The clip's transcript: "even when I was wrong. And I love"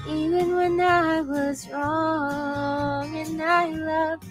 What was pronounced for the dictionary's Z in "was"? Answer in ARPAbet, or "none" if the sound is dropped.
Z